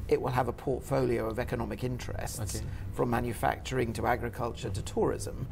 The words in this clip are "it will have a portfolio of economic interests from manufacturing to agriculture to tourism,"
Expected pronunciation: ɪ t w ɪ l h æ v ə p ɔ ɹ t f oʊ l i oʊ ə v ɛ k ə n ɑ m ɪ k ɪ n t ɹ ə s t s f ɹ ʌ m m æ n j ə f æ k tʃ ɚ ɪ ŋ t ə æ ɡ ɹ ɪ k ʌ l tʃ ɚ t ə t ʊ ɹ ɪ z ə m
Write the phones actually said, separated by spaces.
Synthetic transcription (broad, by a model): ɪ t w ɪ l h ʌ v ə p ɔ ɹ t f oʊ l i oʊ ə v ɛ k ə n ɑ m ɪ k ɪ n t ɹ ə s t s f ɹ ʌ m m æ n j ə f æ k tʃ ɚ ɪ ŋ t ə æ ɡ ɹ ɪ k ʌ l tʃ ɚ t ə t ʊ ɹ ɪ z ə m